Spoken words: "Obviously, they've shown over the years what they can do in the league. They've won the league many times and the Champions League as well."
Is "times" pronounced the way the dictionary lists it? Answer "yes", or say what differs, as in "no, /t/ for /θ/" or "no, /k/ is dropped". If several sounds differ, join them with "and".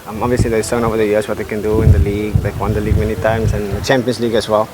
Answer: no, /s/ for /z/